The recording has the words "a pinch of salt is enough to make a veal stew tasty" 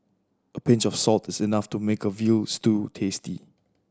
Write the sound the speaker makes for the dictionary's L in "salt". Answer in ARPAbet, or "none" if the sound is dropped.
L